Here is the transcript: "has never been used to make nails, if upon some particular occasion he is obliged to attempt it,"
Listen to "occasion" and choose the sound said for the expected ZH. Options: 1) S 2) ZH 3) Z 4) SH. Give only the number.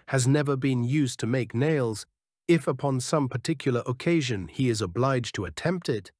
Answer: 2